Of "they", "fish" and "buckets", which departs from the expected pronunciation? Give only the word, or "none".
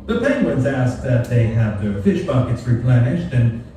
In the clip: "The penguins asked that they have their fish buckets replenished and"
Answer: none